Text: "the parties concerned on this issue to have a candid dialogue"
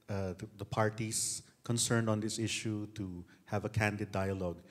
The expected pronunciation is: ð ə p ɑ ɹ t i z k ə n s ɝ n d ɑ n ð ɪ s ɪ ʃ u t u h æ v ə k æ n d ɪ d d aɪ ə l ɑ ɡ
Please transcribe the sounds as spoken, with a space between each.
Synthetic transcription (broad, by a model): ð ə p ɑ ɹ t i s k ə n s ɝ n d ɑ n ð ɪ s ɪ ʃ u t u h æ v ə k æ n d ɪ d d aɪ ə l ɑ ɡ